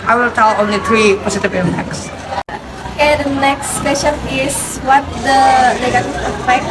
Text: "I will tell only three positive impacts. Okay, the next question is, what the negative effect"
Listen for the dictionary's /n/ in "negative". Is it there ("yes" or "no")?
no